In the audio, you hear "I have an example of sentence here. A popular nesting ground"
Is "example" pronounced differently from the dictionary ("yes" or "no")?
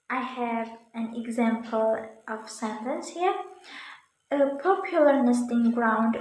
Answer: no